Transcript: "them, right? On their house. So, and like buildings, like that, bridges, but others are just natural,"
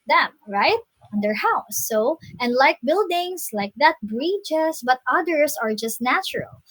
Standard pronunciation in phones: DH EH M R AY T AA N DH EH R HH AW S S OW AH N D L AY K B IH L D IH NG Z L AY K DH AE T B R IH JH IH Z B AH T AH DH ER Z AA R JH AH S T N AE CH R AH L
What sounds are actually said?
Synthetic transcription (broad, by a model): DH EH M R AY T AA N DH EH R HH AW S S OW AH N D L AY K B IH L D IH NG S L AY K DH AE T B R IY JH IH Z B AH T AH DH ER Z AA R JH AH S T N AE CH R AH L